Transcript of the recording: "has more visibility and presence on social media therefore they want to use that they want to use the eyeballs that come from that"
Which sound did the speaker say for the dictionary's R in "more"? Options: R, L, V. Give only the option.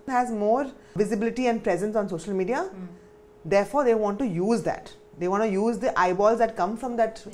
R